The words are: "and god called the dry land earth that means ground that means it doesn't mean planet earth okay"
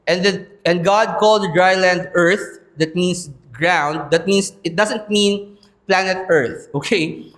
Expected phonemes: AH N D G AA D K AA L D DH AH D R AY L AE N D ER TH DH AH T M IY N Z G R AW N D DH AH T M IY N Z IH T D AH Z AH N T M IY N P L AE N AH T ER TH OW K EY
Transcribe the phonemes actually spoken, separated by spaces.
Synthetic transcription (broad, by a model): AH N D G AA D K AA L D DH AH D R AY L AE N D ER TH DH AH T M IY N S G R AW N D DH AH T M IY N S IH T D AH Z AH N T M IY N P L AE N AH T ER TH OW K EY